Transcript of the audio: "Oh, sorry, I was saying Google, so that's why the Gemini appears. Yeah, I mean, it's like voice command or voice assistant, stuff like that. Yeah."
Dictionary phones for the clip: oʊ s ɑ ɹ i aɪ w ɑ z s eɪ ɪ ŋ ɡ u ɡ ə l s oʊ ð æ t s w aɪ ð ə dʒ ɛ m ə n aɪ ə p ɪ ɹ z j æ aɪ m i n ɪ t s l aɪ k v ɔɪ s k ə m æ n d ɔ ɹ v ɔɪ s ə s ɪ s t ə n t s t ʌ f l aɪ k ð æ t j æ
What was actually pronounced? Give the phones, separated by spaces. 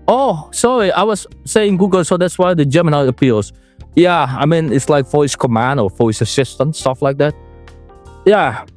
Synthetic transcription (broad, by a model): oʊ s ɑ ɹ i aɪ w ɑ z s eɪ ɪ ŋ ɡ u ɡ ə l s oʊ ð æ t s w aɪ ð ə dʒ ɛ m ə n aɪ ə p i l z j æ aɪ m i n ɪ t s l aɪ k f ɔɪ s k ə m æ n d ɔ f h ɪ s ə s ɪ s t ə n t s t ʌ f l aɪ k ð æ t j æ